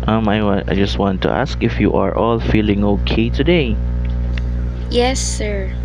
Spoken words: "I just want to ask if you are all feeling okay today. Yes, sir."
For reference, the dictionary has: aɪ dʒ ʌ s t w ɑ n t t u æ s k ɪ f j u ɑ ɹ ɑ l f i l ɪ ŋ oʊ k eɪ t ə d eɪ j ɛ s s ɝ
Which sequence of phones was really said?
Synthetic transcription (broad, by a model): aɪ dʒ ʌ s t w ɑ n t t u æ s k ɪ f j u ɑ ɹ ɑ l f i l ɪ ŋ oʊ k eɪ t ə d eɪ j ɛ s s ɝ